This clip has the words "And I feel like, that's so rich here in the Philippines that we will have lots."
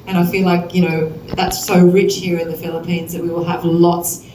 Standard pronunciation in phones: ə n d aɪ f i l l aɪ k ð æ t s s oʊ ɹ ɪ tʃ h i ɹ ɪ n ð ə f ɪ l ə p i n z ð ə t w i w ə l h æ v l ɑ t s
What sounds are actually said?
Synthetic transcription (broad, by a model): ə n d aɪ f i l l aɪ k ð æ t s s oʊ ɹ ɪ tʃ h i ɹ ɪ n ð ə f ɪ l ə p i n z ð ə t w i w ə l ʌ v l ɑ t s